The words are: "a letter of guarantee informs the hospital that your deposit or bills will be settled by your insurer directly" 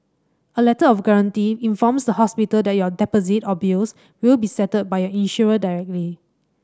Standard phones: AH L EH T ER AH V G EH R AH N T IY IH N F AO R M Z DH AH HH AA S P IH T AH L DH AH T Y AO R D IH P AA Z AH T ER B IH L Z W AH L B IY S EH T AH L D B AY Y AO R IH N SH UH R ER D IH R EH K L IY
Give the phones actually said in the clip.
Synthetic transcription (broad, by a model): AH L EH T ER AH F G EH R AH N T IY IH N F AO M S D AH HH AA S P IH T AH L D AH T Y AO D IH P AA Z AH T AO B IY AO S W AH L B IY S EH T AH D B AY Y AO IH N SH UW R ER D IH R EH K L IY